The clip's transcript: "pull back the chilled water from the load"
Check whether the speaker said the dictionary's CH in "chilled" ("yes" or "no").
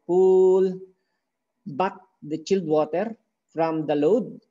yes